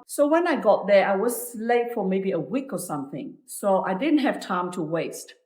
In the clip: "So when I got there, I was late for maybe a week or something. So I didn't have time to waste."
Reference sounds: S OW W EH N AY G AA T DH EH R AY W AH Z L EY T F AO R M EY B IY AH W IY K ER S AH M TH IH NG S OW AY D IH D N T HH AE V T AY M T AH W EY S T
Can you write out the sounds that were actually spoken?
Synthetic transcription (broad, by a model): S OW W EH N AY G AA T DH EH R AY W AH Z L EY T F AO R M EY B IY AH W IY K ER S AH M TH IH NG S OW AY D IH D N T HH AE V T AY M T AH W EY S T